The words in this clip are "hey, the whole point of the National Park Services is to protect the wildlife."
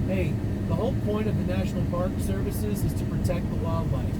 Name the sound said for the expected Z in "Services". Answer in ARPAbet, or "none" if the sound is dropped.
Z